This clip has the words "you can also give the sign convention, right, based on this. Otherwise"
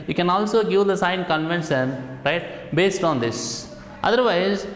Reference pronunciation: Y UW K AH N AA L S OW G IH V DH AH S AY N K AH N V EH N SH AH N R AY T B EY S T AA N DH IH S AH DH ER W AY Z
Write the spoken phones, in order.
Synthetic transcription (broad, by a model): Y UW K AH N AA L S OW G IH V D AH S AY N K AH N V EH N S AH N R AY T B EY S T AA N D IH S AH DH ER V AY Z